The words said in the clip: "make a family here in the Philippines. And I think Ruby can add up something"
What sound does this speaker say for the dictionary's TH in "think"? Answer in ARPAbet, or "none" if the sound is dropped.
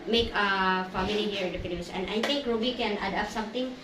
T